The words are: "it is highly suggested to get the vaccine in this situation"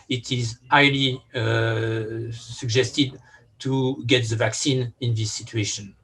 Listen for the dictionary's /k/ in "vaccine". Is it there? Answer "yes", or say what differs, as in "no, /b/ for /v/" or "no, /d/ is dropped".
yes